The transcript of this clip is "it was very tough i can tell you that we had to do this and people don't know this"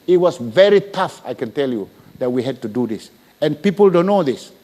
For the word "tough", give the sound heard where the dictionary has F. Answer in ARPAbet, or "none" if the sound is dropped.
F